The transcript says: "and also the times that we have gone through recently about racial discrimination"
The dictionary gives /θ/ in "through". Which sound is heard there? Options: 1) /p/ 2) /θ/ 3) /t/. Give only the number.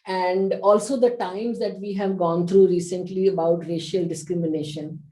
3